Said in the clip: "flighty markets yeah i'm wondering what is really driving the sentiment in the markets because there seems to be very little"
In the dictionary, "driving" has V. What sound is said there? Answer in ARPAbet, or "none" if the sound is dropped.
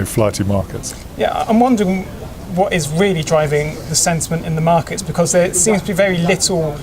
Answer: V